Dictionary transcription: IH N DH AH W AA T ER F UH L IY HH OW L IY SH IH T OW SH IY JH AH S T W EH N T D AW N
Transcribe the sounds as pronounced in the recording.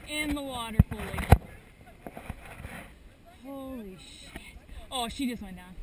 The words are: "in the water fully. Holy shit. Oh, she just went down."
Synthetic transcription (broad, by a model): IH N DH AH W AA T ER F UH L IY HH OW L IY SH IH T OW SH IY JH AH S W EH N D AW